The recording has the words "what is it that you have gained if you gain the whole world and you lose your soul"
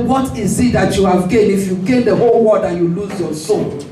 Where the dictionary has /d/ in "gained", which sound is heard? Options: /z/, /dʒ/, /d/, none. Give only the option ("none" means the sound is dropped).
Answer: none